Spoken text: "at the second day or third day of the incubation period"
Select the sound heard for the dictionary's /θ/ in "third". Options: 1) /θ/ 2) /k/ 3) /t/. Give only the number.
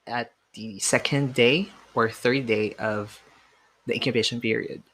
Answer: 1